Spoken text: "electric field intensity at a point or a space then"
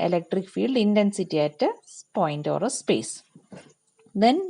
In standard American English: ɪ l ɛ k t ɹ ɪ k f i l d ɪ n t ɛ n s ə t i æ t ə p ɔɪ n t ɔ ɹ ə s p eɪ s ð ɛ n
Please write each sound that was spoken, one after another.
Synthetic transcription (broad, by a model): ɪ l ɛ k t ɹ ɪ k f i l d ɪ n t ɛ n s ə t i æ t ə p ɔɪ n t ɔ ɹ ə s p eɪ s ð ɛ n